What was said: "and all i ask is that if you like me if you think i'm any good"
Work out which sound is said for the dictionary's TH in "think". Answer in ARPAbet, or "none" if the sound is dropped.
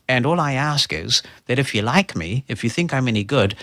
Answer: TH